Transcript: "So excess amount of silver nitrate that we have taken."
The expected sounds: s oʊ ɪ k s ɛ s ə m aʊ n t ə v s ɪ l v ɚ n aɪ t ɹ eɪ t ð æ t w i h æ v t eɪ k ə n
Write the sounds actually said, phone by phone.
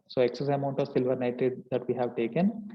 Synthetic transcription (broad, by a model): s oʊ ɪ k s ɛ s ə m aʊ n t ə v s ɪ l v ɚ n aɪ t eɪ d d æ t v i h æ v t eɪ k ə n